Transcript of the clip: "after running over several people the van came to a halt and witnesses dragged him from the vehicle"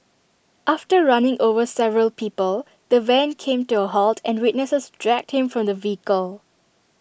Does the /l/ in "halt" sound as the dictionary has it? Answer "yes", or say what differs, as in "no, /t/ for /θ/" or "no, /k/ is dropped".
yes